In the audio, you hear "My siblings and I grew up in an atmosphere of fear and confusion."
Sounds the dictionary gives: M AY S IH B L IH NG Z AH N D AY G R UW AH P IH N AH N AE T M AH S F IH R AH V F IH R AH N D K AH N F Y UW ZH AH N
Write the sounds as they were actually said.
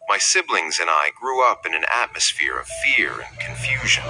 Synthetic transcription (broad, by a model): M AY S IH B L IH NG Z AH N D AY G R UW AH P IH N AH N AE T M AH S F IH R AH V F IH R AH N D K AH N F Y UW ZH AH N